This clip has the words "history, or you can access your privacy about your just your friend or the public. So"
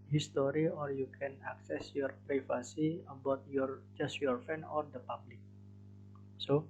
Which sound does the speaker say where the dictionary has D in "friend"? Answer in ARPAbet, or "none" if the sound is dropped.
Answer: none